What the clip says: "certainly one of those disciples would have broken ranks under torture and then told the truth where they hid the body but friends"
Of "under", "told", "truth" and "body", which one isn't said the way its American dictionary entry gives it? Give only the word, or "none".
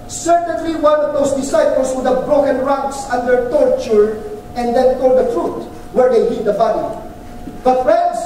truth